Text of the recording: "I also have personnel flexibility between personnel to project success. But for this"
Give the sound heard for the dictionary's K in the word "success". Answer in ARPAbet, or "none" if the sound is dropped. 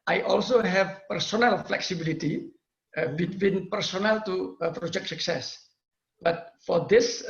K